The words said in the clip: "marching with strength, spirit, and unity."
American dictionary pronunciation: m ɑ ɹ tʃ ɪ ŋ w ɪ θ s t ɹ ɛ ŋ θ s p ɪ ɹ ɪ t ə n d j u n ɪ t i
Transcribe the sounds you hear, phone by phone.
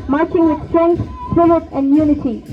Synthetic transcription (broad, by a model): m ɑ ɹ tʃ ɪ ŋ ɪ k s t ɛ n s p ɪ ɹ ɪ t ə n d j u n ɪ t i